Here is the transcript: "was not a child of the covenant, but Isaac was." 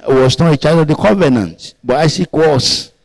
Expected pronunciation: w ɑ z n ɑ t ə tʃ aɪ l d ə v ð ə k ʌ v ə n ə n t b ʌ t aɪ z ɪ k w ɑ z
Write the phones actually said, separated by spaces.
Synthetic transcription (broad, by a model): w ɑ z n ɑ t ə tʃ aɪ d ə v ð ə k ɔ v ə n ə n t b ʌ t aɪ s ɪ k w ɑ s